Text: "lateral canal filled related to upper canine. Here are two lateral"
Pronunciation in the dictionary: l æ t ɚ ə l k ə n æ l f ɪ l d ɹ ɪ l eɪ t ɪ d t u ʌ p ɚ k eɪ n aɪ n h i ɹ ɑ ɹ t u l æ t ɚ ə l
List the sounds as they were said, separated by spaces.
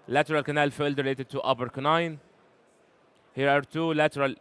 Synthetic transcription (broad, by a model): l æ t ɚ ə l k ə n æ l f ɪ l d ɹ ɪ l eɪ t ɪ d t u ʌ b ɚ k n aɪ n h i ɹ ɑ ɹ t u l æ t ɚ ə l